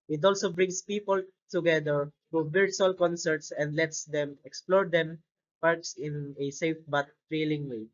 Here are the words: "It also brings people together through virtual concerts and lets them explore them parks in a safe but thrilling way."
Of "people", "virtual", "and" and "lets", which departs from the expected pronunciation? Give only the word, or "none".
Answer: virtual